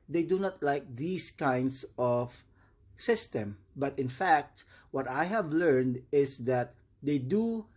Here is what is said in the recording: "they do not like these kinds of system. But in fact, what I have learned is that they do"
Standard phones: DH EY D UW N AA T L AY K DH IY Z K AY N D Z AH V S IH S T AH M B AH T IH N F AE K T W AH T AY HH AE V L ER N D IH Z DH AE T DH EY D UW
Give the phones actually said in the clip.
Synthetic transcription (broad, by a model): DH EY D UW N AA T L AY K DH IY S K AY N D S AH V S IH S T AH M B AH T IH N F AE K T W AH T AY HH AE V L ER N D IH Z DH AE T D EY D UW